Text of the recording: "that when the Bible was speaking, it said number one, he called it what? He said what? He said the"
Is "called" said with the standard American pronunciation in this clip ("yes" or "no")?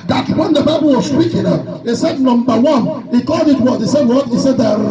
no